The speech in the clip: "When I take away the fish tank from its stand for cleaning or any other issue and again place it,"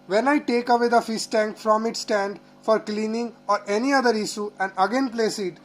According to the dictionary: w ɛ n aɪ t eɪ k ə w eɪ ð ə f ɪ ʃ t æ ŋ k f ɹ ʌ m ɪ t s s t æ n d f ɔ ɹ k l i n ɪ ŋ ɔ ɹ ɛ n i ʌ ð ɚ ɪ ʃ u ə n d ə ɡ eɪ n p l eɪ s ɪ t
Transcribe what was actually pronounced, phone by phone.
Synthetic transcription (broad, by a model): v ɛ n aɪ t eɪ k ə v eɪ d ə f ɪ s t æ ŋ k f ɹ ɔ m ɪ t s s t æ n d f ɔ ɹ k l i n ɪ ŋ ɔ ɹ ɛ n i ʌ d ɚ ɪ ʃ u ə n d ə ɡ eɪ n p l eɪ s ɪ t